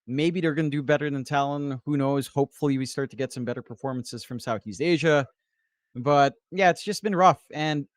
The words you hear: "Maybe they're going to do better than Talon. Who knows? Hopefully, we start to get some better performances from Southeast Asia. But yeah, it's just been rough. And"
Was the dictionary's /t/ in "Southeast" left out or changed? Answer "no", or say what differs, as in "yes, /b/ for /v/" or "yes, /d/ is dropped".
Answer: no